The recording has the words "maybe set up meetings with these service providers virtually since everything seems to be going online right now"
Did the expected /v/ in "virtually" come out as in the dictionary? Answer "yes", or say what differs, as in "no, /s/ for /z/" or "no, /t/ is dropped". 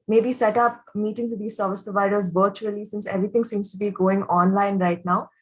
yes